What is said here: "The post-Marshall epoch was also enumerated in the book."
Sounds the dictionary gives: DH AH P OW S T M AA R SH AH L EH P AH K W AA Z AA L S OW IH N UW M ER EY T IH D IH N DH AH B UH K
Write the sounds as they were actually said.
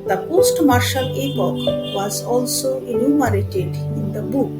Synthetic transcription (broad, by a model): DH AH P OW S T M AA R SH AH L EH P AH K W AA Z AA L S OW IH N UW M ER EY T IH D IH N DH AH B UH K